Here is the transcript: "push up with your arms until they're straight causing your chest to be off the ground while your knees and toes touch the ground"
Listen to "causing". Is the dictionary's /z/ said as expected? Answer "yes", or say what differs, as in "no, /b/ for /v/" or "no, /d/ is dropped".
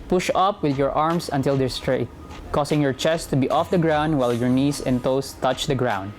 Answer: no, /s/ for /z/